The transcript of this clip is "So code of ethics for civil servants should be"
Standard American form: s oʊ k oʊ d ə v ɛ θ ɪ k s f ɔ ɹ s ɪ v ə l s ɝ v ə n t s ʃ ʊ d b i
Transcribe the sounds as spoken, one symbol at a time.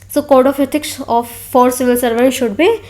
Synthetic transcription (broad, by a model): s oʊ k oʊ d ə f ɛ t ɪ k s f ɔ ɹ s ɪ v ə l s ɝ v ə t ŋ ʃ ʊ d b i